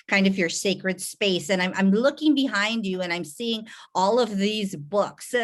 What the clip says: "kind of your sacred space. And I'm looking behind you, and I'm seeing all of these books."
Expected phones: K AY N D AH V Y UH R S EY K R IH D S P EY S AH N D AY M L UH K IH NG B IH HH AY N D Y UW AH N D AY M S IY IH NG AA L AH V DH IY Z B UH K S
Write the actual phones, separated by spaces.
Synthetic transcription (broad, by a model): K AY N D AH V Y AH R S EY K R IH D S P EY S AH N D AY M L UH K IH NG B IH HH AY N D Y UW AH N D AY M S IY IH NG AA L AH V DH IY Z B UH K S